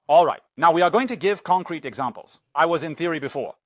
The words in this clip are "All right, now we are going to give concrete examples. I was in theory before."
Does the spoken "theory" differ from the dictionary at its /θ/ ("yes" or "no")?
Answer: no